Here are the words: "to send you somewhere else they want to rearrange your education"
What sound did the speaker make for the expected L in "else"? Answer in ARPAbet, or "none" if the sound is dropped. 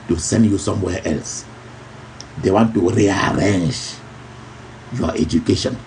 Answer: L